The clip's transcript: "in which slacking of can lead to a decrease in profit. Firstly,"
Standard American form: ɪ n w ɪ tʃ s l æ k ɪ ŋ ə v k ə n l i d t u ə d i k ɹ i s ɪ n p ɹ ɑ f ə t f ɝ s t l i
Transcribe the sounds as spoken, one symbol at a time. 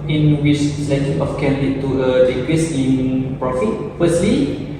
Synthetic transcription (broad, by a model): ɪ n w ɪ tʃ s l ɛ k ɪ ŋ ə f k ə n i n t u ə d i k w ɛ s ɪ n p ɹ ɑ f ə t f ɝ s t l i